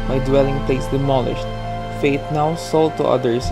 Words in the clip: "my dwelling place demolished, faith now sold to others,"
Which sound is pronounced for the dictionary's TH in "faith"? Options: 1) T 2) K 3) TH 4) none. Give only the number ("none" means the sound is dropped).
1